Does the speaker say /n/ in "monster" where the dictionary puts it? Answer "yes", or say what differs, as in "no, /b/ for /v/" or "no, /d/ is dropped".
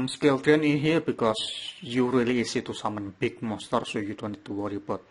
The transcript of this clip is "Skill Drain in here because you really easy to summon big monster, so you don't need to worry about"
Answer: no, /n/ is dropped